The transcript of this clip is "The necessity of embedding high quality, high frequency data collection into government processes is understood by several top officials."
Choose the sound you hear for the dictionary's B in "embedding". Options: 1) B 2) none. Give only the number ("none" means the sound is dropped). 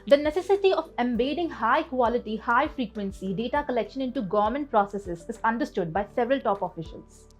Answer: 1